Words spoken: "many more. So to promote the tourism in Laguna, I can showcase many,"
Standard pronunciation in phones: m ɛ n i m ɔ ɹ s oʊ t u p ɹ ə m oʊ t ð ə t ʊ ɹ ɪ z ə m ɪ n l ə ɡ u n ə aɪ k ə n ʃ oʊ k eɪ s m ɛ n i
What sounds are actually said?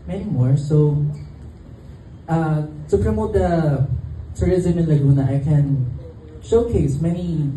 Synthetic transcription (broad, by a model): m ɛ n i m ɔ ɹ s oʊ t u p ɹ ə m oʊ t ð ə t ʊ ɹ ɪ z ə m ɪ n l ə ɡ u n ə aɪ k ə n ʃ oʊ k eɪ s m ɛ n i